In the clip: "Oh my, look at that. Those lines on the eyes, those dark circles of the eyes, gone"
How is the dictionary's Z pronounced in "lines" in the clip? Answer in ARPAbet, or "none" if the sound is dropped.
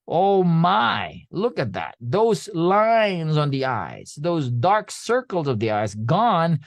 Z